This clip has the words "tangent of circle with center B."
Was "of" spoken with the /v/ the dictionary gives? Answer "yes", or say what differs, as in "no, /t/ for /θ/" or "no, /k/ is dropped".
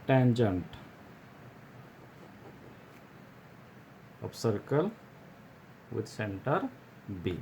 no, /p/ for /v/